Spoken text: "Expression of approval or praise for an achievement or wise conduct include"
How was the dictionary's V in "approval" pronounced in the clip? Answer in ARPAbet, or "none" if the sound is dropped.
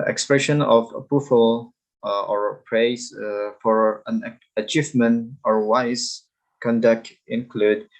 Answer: F